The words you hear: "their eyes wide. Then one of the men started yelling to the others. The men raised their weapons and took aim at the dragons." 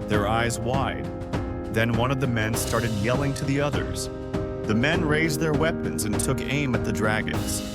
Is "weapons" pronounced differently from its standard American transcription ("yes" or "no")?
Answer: no